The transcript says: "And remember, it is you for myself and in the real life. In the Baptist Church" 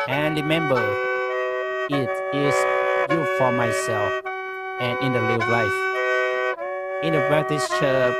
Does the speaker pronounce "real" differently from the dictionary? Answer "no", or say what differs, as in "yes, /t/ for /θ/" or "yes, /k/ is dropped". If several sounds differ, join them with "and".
yes, /l/ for /ɹ/